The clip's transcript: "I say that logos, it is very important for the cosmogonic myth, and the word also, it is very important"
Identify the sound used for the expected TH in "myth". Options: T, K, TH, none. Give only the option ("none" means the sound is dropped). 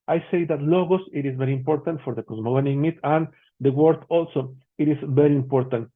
T